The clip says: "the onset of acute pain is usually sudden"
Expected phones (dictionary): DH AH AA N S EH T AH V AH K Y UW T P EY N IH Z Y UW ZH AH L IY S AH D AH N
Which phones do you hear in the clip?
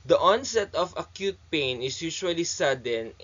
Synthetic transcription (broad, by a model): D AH AA N S EH T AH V AH K Y UW T P EY N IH S Y UW SH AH L IY S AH D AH N